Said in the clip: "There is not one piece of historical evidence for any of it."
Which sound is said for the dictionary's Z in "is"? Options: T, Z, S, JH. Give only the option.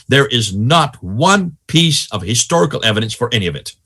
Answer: Z